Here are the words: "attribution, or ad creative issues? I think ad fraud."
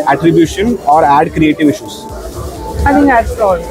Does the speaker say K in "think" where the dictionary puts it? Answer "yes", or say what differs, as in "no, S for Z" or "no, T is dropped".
no, K is dropped